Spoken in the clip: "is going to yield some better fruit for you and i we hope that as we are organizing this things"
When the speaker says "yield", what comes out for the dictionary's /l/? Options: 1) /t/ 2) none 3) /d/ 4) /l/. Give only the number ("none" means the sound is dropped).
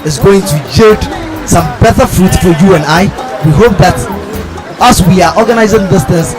2